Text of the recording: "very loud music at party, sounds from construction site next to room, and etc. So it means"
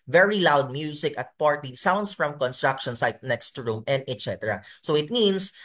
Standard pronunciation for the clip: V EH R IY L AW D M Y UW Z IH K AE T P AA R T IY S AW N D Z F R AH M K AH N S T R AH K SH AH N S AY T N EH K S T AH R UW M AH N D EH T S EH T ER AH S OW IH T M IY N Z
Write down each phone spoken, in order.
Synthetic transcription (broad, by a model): V EH R IY L AW D M Y UW S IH K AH T P AA R T IY S AW N D S F R AH M K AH N S T R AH K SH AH N S AY T N EH K S T AH R UW M AH N D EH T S EH T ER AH S OW IH T M IY N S